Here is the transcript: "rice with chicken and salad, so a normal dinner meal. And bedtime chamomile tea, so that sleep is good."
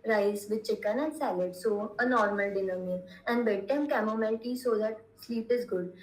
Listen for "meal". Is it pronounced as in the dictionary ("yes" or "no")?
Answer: no